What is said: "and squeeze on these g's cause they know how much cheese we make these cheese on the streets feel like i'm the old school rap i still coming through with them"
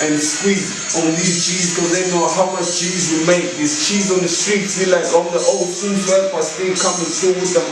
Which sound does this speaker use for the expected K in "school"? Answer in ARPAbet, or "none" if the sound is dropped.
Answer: none